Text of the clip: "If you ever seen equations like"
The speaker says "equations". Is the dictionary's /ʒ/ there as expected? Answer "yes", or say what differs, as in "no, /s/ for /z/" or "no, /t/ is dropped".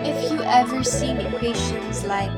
no, /ʃ/ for /ʒ/